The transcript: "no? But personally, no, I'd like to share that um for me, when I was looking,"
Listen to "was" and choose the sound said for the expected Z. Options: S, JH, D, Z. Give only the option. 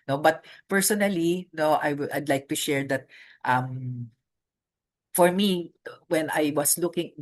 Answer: S